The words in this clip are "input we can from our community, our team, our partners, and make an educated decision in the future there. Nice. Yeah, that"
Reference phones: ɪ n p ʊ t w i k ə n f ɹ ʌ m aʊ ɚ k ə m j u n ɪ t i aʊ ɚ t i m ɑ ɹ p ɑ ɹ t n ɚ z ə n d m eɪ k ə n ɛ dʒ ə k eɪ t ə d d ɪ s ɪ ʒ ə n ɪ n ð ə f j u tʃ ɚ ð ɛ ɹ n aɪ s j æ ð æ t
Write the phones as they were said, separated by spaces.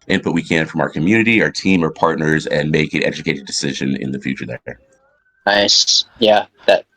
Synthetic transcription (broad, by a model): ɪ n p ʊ t w i k ə n f ɹ ʌ m aʊ ɚ k ə m j u n ɪ t i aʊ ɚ t i m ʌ ɹ p ɑ ɹ t n ɚ z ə n m eɪ k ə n ɛ dʒ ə k eɪ t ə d d ɪ s ɪ ʒ ə n ɪ n ð ə f j u tʃ ɚ ð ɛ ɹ n aɪ s j æ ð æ t